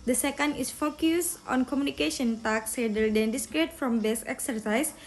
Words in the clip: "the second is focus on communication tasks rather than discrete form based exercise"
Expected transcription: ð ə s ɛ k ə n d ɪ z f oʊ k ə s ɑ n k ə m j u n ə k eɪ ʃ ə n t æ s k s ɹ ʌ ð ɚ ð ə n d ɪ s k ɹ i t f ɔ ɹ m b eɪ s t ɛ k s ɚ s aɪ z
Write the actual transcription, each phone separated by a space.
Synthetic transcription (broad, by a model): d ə s ɛ k ə n d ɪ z f oʊ k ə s ɑ n k ə m j u n ə k eɪ ʃ ə n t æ k s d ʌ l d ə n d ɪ s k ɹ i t f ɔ m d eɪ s ɛ k s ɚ s aɪ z